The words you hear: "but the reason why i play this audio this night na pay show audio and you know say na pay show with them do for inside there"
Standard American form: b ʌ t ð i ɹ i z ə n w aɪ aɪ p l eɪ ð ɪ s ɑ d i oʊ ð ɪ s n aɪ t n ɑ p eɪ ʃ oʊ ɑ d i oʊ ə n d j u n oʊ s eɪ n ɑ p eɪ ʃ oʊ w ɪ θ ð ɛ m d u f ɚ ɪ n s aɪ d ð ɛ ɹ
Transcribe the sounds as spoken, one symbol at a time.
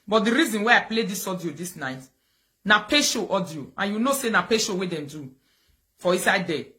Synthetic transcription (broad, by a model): b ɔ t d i ɹ i z ə n w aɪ aɪ p l eɪ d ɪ s ɑ d i oʊ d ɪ s n aɪ t n ɑ p eɪ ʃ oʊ ɑ d i oʊ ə n j u n oʊ s eɪ n ɑ p eɪ ʃ oʊ w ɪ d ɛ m d u f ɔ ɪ s aɪ d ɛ